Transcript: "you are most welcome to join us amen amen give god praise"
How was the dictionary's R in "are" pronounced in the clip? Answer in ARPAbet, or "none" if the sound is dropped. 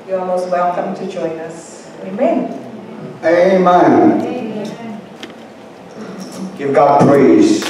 L